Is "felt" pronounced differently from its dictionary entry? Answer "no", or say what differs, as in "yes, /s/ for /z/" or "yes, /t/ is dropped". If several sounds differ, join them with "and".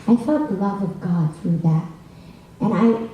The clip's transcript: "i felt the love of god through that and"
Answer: yes, /l/ is dropped